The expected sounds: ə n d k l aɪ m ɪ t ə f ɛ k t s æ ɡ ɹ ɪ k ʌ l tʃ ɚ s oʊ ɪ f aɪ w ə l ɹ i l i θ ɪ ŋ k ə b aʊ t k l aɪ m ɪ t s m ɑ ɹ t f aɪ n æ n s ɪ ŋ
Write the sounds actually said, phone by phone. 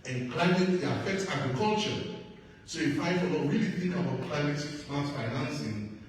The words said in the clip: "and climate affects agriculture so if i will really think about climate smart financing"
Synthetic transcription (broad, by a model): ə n k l aɪ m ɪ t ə f ɛ k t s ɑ ɡ ɹ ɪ k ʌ l tʃ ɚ s oʊ ɪ f aɪ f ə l w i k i θ ɪ ŋ k ə b aʊ t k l aɪ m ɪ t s ɑ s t f aɪ n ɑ n s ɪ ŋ